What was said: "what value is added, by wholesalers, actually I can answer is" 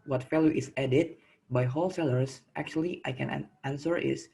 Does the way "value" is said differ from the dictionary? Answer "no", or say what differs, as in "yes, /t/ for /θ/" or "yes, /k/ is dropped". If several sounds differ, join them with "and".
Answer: yes, /f/ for /v/